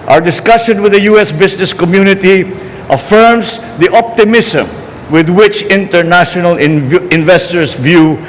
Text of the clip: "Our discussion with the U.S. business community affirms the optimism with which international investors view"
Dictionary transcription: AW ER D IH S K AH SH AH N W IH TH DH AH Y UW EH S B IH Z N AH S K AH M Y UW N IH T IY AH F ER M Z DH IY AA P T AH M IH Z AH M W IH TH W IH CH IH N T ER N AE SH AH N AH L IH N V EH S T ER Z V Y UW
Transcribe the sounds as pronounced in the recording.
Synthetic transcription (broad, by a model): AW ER D IH S K AH SH AH N W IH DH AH Y UW EH S B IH S N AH S K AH M Y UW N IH T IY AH F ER M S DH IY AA P T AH M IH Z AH M W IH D W IH CH IH N T ER N AE SH AH N AH L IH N V EH S T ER S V Y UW